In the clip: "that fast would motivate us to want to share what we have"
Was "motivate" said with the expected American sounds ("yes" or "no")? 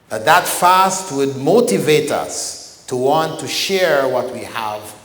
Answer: yes